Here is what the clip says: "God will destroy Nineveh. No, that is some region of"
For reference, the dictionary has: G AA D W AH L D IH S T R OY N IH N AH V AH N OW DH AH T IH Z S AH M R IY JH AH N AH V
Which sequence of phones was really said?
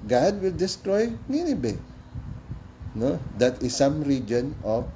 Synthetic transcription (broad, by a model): G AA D W AH L D IH S T R OY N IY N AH B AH N OW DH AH T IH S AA M R IY JH AH N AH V